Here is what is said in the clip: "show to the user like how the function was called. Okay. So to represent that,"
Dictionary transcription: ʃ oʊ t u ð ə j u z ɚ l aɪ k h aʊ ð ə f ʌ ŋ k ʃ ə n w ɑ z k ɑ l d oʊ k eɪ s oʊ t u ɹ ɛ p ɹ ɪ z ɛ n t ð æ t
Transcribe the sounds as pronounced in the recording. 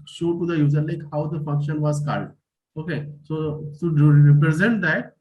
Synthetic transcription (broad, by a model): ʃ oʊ t u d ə j u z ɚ l aɪ k h aʊ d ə f ʌ ŋ k ʃ ə n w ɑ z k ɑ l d oʊ k eɪ s oʊ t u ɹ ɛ p ɹ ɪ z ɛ n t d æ t